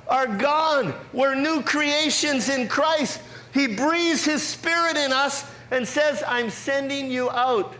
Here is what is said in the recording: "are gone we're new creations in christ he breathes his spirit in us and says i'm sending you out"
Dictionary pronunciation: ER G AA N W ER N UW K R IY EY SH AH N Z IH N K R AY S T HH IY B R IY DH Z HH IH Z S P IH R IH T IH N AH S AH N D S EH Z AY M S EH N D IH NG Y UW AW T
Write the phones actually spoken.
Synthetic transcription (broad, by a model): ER G AA N W ER N UW K R IY EY SH AH N Z IH N K R AY S T HH IY B R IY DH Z HH IH Z S P IH R IH T IH N AH S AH N S EH Z AY M S EH N D IH NG Y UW AW T